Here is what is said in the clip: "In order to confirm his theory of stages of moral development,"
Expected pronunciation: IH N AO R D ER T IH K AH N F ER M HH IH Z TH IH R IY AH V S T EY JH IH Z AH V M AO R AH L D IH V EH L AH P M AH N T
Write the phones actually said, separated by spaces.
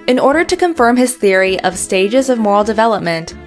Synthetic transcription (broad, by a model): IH N AO R D ER T IH K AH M F ER M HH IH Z TH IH R IY AH V S T EY JH IH Z AH V M AO R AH L D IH V EH L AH P M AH N T